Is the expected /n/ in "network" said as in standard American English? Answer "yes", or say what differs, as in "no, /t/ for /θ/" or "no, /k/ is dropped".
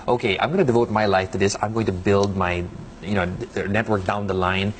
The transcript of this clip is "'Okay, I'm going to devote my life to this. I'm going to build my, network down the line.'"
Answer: yes